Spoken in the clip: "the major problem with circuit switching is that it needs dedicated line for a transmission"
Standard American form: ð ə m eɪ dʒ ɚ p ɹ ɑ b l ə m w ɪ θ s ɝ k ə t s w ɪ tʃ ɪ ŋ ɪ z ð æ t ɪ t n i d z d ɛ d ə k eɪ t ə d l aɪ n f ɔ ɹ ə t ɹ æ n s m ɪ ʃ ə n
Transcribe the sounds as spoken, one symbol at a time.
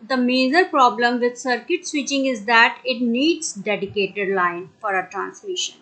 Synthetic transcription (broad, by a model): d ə m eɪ z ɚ p ɹ ɑ b l ə m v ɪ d s ɝ k ə t s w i tʃ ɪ ŋ ɪ z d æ t ɪ t n i d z d ɛ d ə k eɪ t ə d l aɪ n f ɔ ɹ ə t ɹ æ n s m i ʃ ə n